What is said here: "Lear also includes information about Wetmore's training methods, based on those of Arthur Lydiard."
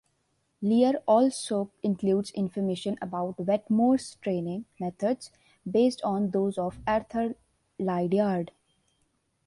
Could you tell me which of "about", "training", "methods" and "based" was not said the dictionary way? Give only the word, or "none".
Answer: methods